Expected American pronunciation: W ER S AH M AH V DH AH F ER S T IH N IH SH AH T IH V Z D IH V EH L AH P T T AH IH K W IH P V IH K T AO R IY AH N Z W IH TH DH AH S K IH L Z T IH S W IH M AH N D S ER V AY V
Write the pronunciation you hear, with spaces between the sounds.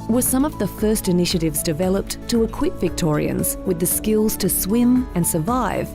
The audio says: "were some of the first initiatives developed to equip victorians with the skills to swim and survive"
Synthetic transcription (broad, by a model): W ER S AH M AH V DH AH F ER S T IH N IH SH AH T IH V Z D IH V EH L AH P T T AH IH K W IH P V IH K T AO R IY AH N Z W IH DH AH S K IH L Z T IH S W IH M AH N S ER V AY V